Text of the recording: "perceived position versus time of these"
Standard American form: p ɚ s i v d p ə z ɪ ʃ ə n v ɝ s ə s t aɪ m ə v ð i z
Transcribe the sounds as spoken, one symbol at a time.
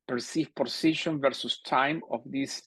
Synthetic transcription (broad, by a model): p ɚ s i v p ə s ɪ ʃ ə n v ɝ s ə s t aɪ m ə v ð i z